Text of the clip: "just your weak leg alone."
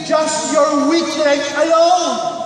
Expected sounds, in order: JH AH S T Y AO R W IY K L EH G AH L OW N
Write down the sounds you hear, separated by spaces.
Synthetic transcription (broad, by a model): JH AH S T Y AO R W IY K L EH AH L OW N